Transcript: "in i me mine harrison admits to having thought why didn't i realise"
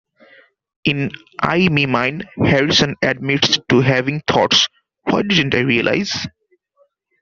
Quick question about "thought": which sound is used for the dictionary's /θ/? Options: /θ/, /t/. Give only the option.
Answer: /t/